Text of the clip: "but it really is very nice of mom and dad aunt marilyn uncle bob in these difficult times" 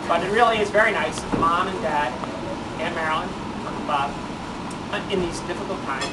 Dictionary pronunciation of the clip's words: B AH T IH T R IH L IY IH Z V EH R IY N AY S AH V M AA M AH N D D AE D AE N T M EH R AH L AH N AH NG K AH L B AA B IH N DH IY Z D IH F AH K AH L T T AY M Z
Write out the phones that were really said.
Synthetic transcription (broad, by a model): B AH T IH T R IH L IY IH Z V EH R IY N AY S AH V M AA M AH N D D AE D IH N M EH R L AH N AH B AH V IH N DH IY Z D IH F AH K L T T AY M